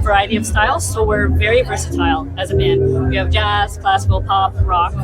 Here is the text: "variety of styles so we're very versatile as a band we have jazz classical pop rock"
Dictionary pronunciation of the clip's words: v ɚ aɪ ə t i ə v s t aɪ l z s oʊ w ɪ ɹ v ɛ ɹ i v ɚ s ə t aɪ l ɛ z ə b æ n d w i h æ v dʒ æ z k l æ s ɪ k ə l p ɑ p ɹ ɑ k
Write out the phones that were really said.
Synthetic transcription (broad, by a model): v ɚ aɪ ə t i ə v s t aɪ l z s oʊ w ɪ ɹ v ɛ ɹ i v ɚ s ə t aɪ l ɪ z ə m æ n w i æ v dʒ æ z k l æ s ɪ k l p ɑ p ɹ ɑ k